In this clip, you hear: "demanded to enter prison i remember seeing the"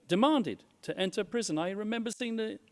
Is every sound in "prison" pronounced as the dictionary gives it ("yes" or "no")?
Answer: yes